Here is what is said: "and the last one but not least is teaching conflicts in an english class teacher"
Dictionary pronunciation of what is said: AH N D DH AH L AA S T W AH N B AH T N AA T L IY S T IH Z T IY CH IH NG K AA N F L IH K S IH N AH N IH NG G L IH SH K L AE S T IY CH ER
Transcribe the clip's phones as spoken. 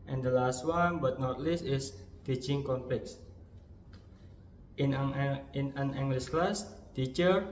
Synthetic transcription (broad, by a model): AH N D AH L AA S T W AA N B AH T N AA T L IY S T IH S T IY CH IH NG K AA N P L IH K S IH N AH N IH NG G L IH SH K L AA S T IY CH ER